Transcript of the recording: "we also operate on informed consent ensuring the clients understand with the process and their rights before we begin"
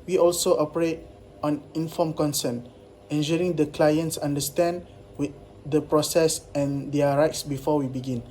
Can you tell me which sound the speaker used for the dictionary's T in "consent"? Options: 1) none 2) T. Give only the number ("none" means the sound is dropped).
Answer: 1